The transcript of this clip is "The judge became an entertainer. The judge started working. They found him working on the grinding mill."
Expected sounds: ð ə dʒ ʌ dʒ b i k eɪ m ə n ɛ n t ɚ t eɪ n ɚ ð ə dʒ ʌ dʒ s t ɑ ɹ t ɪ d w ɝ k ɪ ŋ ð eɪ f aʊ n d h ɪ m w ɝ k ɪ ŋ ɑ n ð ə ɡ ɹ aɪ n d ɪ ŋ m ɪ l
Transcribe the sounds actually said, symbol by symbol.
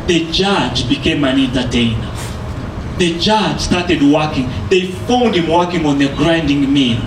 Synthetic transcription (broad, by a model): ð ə dʒ ʌ dʒ b i k eɪ m ə n ɛ n t ɚ t eɪ n ɚ ð ə dʒ ʌ dʒ s t ɑ ɹ t ɪ d w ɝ k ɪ ŋ ð eɪ f aʊ n d h ɪ m w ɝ k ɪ ŋ ɑ n ð ə ɡ ɹ aɪ n d ɪ ŋ m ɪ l